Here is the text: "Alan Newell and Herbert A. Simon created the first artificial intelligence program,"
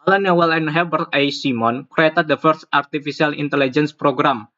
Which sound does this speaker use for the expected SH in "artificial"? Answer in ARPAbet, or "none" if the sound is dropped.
S